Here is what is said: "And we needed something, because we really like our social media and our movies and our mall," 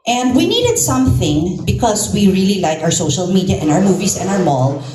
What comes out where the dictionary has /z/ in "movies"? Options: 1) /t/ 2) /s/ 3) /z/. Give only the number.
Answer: 2